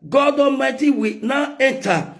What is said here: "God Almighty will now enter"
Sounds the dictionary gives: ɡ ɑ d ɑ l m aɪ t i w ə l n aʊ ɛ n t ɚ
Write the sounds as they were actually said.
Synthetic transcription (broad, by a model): ɡ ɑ d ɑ m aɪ t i w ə n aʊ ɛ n t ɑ